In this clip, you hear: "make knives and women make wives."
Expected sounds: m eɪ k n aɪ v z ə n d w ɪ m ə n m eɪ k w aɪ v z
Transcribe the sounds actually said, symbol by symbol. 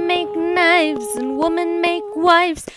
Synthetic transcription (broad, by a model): m eɪ k n aɪ v z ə n w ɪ m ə n m eɪ k w aɪ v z